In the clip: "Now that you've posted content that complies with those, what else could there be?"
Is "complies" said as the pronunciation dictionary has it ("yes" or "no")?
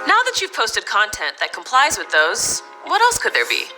yes